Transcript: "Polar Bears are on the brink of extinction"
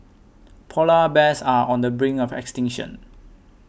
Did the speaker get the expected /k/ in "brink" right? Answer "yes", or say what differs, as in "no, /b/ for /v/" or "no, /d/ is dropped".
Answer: no, /k/ is dropped